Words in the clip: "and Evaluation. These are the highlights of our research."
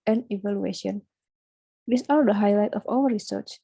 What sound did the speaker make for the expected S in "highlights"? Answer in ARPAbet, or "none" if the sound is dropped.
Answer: none